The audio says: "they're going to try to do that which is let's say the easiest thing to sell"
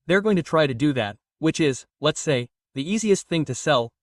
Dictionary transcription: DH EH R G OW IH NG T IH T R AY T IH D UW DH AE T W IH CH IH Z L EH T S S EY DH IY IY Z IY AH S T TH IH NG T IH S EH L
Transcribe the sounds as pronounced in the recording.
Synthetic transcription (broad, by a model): DH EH R G OW IH NG T IH T R AY T IH D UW DH AE T W IH CH IH Z L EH T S S EY DH IY IY Z IY AH S T TH IH NG T IH S EH L